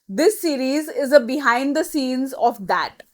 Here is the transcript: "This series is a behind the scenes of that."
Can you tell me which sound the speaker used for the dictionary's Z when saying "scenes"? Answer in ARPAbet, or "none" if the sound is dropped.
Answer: Z